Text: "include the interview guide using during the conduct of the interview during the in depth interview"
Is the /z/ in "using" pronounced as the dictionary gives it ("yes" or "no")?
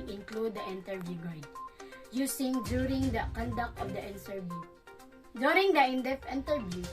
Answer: no